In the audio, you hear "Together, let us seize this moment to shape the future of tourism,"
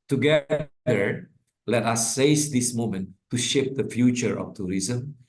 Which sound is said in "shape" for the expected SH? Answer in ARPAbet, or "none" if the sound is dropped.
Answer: SH